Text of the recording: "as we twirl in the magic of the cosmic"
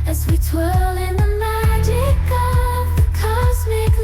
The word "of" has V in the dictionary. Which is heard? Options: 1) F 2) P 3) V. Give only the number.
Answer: 3